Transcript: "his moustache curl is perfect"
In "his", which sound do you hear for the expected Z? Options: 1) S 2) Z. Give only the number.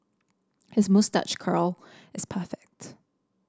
2